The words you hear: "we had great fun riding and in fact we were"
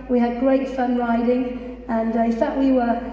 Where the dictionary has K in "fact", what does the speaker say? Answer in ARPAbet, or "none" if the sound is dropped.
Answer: none